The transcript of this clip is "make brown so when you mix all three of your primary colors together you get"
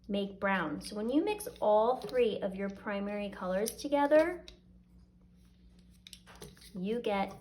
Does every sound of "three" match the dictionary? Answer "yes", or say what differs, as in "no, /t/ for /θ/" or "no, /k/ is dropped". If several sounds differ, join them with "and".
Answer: yes